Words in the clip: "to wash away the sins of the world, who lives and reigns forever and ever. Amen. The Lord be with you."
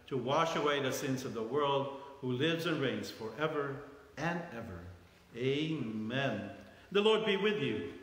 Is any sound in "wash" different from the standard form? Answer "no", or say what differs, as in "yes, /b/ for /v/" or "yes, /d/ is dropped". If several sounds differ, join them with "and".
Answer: no